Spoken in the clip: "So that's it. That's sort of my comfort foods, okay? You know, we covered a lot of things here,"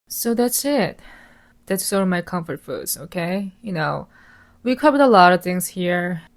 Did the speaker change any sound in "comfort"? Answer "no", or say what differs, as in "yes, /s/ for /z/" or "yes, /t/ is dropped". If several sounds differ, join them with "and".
no